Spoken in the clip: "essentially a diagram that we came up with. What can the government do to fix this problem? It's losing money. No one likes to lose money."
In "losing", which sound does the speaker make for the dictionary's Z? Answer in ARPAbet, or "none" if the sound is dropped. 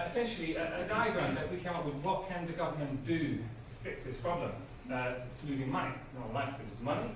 Z